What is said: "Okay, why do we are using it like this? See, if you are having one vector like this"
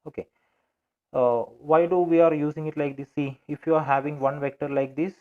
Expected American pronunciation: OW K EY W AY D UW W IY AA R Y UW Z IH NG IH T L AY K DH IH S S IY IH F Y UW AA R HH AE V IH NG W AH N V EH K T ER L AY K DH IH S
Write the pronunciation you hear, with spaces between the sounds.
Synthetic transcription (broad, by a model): OW K EY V AY D UW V IY AA R Y UW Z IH NG IH T L AY K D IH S S IY IH F Y UW AA R HH AE V IH NG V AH N V EH K T ER L AY K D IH S